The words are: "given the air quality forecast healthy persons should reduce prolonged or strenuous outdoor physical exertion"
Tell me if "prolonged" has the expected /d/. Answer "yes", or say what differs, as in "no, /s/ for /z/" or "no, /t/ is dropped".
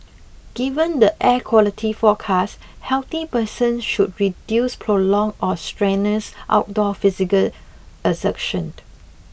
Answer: no, /d/ is dropped